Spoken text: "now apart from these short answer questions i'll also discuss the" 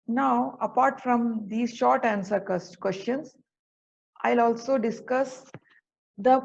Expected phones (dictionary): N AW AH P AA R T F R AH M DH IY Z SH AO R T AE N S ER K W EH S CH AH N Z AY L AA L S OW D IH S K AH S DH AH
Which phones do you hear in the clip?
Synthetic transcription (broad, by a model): N AW AH P AA R T F R AH M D IY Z SH AO R T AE N S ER K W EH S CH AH N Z AY L AA L S OW D IH S K AH S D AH